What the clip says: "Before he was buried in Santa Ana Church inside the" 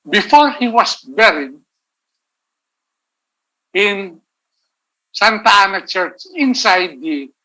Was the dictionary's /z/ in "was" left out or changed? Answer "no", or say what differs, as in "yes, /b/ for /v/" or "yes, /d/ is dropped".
yes, /s/ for /z/